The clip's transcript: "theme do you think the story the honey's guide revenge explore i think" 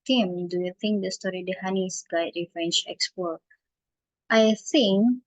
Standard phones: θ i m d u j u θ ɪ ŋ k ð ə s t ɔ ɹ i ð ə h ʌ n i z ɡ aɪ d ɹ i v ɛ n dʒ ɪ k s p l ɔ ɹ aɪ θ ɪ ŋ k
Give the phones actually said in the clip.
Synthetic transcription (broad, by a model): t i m d u j u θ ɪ ŋ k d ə s t ɔ ɹ i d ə h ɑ n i s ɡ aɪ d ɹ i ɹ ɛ n tʃ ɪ k s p ɔ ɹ aɪ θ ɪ ŋ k